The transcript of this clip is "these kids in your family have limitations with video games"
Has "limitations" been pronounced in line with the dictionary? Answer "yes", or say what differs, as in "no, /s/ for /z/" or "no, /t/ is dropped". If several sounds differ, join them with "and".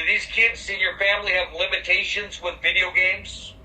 yes